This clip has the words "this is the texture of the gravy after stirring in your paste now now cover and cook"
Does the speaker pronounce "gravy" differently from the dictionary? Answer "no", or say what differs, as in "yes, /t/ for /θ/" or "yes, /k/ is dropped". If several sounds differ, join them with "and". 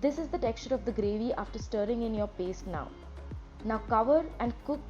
no